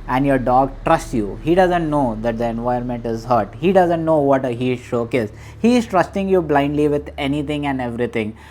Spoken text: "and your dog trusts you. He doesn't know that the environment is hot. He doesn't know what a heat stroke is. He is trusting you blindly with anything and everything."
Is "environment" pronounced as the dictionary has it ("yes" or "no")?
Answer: no